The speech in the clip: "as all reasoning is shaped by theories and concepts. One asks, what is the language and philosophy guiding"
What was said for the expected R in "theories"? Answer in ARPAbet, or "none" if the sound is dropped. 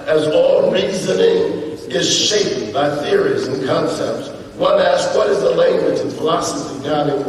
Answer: R